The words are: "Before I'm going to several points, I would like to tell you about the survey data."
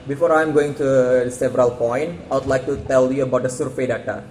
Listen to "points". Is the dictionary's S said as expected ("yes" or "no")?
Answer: no